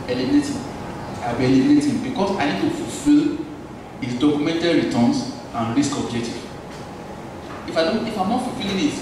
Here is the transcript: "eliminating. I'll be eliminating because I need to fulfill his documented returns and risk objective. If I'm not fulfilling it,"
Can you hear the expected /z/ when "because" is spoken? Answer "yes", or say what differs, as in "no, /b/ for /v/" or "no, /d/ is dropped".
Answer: no, /s/ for /z/